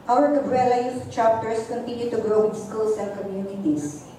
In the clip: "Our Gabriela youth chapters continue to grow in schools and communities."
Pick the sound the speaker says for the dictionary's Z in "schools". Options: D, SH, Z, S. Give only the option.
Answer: S